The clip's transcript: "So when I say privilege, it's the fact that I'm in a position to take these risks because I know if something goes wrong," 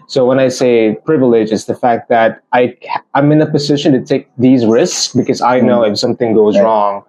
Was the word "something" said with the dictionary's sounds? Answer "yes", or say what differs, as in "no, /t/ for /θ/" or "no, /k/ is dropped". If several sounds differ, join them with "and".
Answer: yes